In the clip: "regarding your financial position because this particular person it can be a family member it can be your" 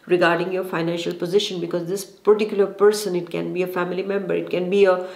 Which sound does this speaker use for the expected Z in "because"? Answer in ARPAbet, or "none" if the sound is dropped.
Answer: Z